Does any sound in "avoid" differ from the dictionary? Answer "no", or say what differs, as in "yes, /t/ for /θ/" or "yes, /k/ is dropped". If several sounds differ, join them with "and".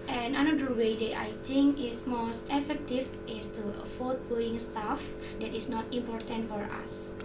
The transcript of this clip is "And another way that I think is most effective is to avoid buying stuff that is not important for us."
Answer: yes, /f/ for /v/